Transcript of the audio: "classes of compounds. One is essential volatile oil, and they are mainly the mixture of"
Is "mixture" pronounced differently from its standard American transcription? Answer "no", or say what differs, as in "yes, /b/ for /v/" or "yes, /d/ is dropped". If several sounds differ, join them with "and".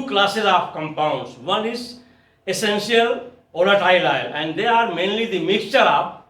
no